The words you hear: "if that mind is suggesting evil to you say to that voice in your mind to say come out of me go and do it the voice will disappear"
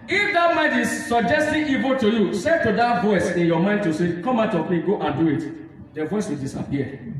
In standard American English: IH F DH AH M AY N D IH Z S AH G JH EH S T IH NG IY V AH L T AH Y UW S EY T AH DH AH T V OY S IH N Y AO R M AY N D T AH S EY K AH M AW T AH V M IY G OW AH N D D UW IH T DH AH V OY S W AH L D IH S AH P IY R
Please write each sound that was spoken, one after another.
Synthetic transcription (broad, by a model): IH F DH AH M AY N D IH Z S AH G JH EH S T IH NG IY V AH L T AH Y UW S EY T AH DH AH T V OY S IH N Y AO M AY N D T AH S EY K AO M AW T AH P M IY G OW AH N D D UW IH T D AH V OY S W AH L D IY S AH P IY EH